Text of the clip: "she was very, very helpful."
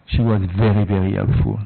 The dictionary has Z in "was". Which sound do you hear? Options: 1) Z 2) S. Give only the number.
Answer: 1